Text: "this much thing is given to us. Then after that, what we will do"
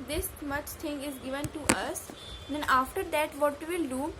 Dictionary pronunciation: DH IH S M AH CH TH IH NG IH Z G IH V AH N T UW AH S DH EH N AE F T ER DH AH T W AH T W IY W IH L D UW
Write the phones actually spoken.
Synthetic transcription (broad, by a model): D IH S M AH CH T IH NG IH Z G IH V AH N T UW AH S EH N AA F T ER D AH T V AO T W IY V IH L D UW